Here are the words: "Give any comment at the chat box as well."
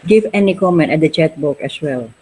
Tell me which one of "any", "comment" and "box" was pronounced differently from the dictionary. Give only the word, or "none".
box